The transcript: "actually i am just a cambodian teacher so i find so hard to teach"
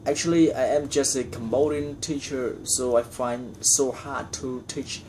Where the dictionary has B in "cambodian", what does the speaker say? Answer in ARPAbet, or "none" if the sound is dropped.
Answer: none